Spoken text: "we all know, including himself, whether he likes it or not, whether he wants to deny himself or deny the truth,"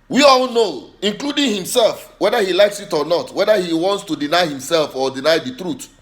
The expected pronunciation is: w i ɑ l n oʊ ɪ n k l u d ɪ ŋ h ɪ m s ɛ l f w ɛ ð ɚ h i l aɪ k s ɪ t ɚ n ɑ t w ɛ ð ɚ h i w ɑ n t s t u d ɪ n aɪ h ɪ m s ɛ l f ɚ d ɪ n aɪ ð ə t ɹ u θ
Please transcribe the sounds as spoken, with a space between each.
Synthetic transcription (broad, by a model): w i ɑ l n oʊ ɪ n k l u d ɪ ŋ h ɪ m s ɛ l f w ɛ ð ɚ h i l aɪ k s ɪ t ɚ n ɑ t w ɛ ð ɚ h i w ɑ n t s t u d ɪ n aɪ h ɪ m s ɛ l f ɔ d ɪ n aɪ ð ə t ɹ u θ